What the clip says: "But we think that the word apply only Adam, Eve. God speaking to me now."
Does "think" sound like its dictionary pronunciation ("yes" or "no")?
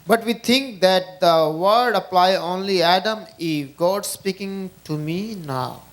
no